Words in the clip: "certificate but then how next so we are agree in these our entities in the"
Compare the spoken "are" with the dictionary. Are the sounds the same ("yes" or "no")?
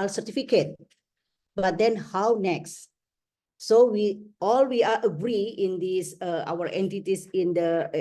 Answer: no